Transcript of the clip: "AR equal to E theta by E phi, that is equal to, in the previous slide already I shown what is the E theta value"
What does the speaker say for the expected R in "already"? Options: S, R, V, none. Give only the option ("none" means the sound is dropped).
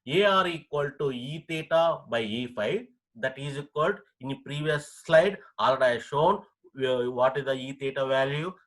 none